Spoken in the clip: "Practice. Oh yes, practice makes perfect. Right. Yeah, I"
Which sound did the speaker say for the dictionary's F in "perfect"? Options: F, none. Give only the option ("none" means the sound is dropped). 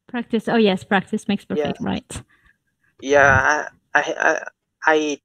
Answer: none